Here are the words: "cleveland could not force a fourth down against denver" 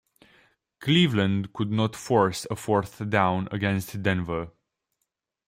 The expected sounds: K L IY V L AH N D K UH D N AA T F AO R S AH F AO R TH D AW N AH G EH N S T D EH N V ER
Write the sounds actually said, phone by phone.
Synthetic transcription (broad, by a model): K L IY V L AH N D K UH D N AA T F AO R S AH F AO R TH D AW N AH G EH N S T D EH N V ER